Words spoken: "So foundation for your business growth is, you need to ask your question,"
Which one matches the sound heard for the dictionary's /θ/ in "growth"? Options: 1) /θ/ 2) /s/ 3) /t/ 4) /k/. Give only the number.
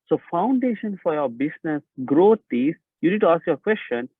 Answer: 3